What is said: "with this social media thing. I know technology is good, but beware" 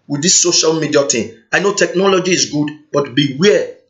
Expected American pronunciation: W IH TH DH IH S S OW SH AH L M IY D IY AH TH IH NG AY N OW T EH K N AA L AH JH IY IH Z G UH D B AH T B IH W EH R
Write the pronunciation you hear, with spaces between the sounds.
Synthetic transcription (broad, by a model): W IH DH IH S S OW SH AH L M IY D IY AH T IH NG AY N OW T EH K N AA L AH JH IY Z G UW D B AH T B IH W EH